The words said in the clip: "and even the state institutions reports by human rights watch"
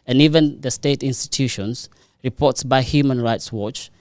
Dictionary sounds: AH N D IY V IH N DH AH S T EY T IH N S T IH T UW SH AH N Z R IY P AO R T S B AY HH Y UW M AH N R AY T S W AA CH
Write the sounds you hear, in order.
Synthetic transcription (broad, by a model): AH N IY V IH N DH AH S T EY T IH N S T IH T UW SH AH N S R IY P AO T S B AY HH Y UW M AH N R AY T S W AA CH